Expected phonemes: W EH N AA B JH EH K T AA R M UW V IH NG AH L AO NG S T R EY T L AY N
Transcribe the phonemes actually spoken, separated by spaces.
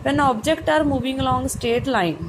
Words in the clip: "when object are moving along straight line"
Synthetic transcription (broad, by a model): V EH N AA B JH EH K T AA R M UW V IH NG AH L AO NG S T EY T L AY N